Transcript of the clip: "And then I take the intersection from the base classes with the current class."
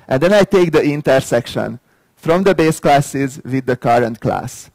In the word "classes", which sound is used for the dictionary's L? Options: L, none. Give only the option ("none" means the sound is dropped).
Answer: L